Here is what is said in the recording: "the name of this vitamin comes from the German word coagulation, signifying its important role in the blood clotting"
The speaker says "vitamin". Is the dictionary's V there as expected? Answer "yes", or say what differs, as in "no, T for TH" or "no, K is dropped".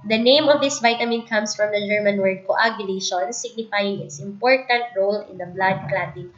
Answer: yes